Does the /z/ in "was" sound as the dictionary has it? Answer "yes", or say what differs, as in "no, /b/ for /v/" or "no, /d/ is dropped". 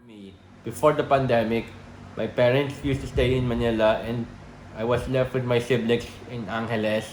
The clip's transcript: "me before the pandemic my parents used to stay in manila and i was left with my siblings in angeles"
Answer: no, /s/ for /z/